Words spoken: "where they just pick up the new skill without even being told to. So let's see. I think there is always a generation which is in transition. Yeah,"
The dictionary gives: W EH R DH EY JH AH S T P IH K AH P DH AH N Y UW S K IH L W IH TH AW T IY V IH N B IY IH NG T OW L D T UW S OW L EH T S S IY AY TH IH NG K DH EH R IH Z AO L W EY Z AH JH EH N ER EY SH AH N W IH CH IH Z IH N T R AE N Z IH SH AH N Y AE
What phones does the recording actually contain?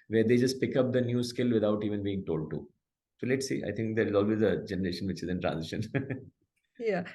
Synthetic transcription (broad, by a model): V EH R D EY JH AH S T P IH K AH P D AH N Y UW S K IH L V IH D AW T IY V IH N B IY IH NG T OW L D T UW S OW L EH T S S IY AY T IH NG K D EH R IH Z AO L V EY Z AH JH EH N ER EY SH AH N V IH CH IH Z IH N T R AE N Z IH SH AH N Y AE